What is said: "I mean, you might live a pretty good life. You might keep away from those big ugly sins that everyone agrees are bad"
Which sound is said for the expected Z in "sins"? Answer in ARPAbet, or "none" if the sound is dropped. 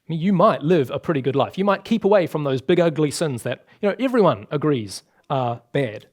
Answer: Z